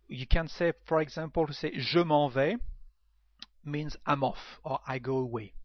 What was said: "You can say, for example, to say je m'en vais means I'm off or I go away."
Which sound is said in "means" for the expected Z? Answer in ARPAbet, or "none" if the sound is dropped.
Z